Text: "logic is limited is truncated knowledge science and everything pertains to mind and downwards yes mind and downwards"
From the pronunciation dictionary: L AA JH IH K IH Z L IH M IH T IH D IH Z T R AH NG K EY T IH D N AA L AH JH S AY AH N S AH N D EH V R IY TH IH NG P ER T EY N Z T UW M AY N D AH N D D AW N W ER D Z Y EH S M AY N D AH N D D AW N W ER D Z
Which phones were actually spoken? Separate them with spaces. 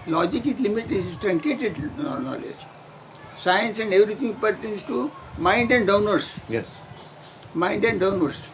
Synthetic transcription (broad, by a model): L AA JH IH K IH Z L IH M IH T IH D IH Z T R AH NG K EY T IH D N AA L AH JH S AY AH N S AH N D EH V R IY T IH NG P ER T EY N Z T UW M AY N D AH N D D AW N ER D S Y EH S M AY N D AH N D D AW N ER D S